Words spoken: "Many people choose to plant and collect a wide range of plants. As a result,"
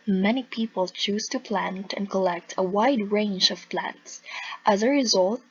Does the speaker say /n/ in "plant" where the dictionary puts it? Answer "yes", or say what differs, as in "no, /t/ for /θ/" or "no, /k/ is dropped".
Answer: yes